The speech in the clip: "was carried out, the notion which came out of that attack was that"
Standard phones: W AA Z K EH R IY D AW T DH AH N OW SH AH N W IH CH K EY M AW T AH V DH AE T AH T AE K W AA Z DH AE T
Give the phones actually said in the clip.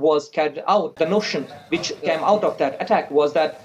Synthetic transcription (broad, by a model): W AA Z K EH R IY UH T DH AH N OW SH AH N W IH CH K EY M AW T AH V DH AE T AH T AE K W AA Z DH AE T